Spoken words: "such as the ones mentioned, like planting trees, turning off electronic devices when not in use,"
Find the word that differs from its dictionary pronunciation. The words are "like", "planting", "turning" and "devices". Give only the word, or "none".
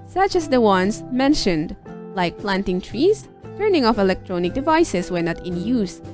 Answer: devices